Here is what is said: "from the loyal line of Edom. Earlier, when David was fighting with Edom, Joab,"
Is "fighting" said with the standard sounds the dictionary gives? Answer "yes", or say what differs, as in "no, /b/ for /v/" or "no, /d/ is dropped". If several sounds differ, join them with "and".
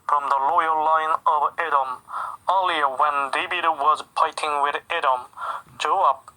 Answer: no, /p/ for /f/